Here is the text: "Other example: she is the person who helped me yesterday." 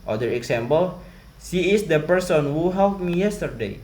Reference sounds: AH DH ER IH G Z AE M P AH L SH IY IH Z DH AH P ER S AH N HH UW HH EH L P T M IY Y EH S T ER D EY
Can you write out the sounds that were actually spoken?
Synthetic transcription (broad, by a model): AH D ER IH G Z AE M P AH L S IY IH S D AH P ER S AH N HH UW HH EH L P M IY Y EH S T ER D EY